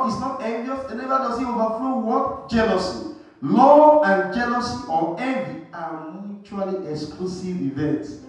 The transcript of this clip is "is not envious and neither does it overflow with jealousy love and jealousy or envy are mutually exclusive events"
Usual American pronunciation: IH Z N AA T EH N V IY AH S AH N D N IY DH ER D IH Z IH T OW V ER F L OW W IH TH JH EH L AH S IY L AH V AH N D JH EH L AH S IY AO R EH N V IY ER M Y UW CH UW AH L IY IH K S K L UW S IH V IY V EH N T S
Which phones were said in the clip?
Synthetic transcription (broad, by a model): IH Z N AA T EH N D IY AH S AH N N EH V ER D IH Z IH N OW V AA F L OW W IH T JH EH L AH S IY L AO AH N JH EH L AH S IY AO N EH V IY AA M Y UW CH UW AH L IY IH K S K L UW S IH V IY V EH N T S